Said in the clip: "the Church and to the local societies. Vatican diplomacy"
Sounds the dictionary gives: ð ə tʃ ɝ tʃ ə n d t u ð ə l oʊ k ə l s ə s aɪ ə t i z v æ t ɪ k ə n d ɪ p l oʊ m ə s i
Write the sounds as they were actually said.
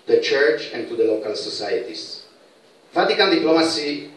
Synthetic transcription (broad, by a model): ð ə tʃ ɝ tʃ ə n t u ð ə l oʊ k ə l s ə s aɪ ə t i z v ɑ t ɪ k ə l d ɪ p l oʊ m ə s i